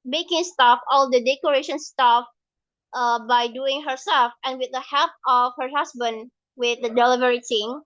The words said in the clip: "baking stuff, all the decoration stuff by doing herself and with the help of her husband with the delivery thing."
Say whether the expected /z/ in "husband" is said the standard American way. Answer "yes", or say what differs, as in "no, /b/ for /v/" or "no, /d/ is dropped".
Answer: no, /s/ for /z/